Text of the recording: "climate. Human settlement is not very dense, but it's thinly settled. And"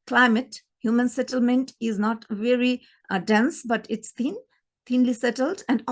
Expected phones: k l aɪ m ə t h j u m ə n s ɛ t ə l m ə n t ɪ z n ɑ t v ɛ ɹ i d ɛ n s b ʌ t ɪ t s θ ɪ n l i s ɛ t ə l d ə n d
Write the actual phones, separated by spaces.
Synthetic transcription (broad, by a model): k l aɪ m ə t h j u m ə n s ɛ t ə l m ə n t ɪ z n ɑ t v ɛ ɹ i d ɛ n s b ʌ t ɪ t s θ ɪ n l i s ɛ t ə l d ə n d